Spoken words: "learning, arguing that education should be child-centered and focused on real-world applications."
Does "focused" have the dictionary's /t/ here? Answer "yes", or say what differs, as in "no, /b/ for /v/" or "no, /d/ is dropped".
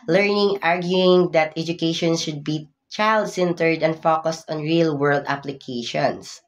yes